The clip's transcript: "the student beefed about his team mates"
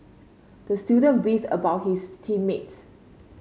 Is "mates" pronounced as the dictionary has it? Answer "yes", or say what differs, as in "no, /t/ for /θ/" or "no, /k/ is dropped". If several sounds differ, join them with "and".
yes